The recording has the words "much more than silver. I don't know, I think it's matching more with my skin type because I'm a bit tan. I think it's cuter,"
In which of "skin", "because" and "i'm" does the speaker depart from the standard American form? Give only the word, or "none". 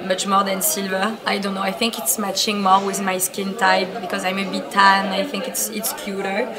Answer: none